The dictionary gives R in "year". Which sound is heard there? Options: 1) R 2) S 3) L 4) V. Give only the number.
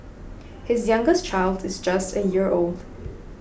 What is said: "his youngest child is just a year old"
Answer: 1